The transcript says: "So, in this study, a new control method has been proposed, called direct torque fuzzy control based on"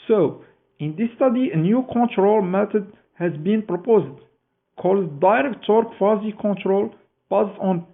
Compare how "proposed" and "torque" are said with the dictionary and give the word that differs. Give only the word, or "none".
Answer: none